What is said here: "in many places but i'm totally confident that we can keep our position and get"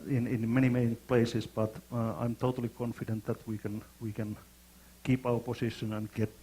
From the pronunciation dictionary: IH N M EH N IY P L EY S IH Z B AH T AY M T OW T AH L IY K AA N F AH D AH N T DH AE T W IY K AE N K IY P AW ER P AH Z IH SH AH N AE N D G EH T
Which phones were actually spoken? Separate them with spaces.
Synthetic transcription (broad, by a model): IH N M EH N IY P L EY S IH S B AH T AY M T OW T AH L IY K AA N F AH D AH N T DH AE T W IY K AE N K IY P AW ER P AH S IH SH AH N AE N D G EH T